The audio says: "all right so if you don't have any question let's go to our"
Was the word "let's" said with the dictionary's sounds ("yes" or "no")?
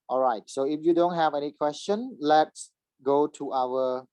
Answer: yes